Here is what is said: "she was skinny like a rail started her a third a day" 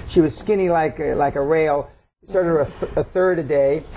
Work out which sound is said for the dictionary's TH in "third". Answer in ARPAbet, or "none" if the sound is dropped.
TH